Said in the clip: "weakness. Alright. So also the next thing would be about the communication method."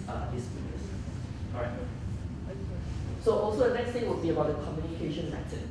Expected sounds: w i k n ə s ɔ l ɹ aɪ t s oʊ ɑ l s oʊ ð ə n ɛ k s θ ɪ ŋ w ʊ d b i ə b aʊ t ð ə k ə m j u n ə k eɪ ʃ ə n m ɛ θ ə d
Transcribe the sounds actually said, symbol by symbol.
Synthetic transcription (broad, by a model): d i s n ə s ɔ ɹ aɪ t s oʊ ɑ l s oʊ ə n ɛ k s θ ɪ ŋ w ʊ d b i ə b aʊ t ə k ə m j u n ə k eɪ ʃ ə n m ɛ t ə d